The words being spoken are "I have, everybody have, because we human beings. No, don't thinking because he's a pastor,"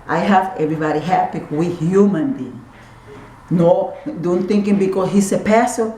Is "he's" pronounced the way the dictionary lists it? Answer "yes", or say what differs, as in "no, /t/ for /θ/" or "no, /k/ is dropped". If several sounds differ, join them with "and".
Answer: no, /s/ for /z/